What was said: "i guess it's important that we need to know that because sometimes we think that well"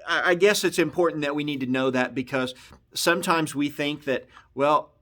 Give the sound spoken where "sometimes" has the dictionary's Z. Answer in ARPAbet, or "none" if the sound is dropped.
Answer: Z